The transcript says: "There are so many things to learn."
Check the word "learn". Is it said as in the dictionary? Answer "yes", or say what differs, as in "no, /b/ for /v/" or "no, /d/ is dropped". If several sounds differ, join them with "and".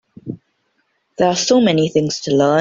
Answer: no, /n/ is dropped